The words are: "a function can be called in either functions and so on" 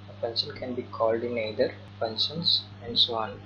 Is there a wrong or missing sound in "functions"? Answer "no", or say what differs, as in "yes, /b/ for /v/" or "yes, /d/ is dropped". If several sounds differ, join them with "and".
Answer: yes, /p/ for /f/